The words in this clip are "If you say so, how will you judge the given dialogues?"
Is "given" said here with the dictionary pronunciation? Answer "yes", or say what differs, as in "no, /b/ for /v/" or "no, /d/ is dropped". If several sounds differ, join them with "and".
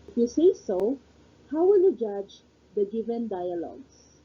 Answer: yes